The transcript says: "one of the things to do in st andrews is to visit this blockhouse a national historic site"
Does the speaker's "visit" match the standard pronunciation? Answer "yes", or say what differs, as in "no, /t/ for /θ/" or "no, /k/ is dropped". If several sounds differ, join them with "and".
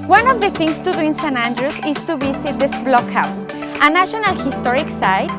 no, /b/ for /v/ and /s/ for /z/